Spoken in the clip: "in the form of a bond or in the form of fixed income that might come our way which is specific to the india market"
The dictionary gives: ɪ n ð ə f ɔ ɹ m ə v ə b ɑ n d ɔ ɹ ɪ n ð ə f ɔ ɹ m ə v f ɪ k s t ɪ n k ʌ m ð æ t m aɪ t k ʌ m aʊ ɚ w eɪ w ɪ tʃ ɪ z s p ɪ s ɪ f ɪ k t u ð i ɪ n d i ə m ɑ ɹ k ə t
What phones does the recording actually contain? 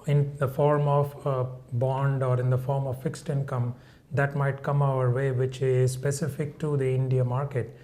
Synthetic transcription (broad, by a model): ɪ n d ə f ɔ ɹ m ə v b ɑ n d ɔ ɹ ɪ n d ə f ɔ ɹ m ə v f ɪ k s t ɪ n k ʌ m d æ t m aɪ t k ʌ m aʊ ɚ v eɪ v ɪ tʃ ɪ z s p ɪ s ɪ f ɪ k t u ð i ɪ n d i ə m ɑ ɹ k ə t